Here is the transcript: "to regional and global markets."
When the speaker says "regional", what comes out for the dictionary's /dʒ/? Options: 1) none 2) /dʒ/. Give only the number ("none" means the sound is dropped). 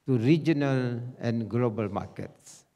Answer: 2